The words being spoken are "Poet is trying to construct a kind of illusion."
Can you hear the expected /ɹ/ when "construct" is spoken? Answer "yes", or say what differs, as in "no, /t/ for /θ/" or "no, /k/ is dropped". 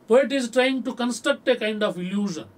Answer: no, /ɹ/ is dropped